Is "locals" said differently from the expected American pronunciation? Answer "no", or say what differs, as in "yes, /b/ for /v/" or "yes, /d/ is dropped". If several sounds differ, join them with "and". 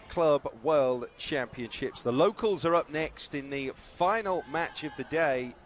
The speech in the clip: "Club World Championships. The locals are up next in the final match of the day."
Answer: no